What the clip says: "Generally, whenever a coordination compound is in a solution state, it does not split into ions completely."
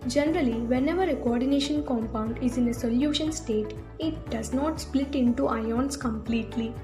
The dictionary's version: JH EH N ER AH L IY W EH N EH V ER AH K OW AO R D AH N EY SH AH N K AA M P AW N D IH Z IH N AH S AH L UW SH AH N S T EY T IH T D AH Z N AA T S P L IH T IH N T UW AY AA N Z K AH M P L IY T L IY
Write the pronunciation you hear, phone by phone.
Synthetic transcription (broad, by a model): JH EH N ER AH L IY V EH N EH V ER AH K OW AO R D AH N EY SH AH N K AA M P AW N D IH Z IH N AH S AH L UW SH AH N S T EY T IH T D AH Z N AA T S P L IH T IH N T UW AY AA N S K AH M P L IY T L IY